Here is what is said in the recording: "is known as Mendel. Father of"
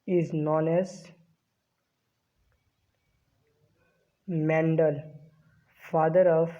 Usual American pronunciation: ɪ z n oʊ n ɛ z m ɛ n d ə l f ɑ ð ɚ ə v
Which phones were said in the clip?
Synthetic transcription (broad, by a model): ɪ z n oʊ n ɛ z m ɛ n d ə l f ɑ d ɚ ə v